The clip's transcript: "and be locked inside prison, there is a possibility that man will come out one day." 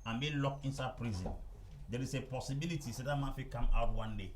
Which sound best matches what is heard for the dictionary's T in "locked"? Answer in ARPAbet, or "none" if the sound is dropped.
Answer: none